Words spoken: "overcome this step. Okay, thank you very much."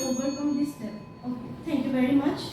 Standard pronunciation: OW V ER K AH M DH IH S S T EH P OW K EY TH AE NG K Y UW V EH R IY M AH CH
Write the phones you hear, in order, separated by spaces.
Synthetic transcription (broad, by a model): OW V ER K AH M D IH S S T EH OW K EY T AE NG K Y UW V EH R IY M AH CH